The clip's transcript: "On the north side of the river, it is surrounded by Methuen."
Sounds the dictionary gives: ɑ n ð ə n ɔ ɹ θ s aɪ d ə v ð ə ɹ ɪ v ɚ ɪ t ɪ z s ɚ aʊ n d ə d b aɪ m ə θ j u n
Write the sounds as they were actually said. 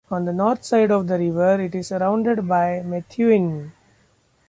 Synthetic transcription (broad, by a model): ɑ n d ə n ɔ ɹ t s aɪ d ə v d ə ɹ ɪ v ɚ ɪ t ɪ z s ɚ aʊ n d ə d b aɪ m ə t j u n